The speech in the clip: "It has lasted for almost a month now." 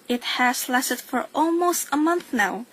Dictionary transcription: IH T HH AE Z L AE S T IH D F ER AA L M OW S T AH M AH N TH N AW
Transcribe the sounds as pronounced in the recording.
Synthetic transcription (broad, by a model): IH T HH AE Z L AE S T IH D F ER AA L M OW S T AH M AH N TH N AW